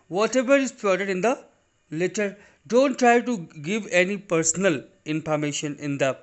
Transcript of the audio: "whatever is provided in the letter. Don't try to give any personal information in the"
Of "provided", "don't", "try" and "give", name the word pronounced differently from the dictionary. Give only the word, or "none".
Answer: provided